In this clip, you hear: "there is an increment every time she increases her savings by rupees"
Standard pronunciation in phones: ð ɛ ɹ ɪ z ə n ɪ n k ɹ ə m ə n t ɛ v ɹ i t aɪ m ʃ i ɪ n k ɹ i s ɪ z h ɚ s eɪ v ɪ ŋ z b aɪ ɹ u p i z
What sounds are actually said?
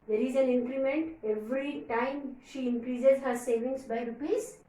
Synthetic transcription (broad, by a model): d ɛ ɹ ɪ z ə n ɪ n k ɹ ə m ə n t ɛ v ɹ i t aɪ m ʃ i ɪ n k ɹ i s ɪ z h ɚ s eɪ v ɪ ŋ s b aɪ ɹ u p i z